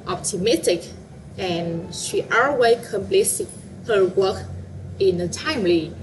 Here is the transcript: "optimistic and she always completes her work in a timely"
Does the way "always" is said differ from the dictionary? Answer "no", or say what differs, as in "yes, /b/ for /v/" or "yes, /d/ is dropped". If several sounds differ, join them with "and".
yes, /z/ is dropped